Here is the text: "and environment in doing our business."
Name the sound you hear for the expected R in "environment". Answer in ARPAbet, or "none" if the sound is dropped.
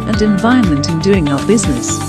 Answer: none